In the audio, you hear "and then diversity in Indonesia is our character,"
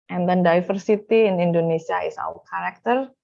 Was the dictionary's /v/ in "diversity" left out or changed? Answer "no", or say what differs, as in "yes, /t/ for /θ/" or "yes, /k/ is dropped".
yes, /f/ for /v/